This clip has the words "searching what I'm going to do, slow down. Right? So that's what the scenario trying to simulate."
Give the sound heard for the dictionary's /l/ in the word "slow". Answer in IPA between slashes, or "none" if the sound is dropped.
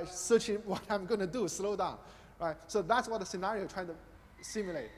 /l/